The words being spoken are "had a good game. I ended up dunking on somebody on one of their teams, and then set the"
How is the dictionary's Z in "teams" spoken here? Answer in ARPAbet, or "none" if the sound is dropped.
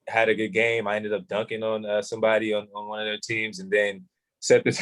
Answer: Z